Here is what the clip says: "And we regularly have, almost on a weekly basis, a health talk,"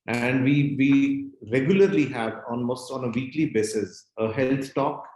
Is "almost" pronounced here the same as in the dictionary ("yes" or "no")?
no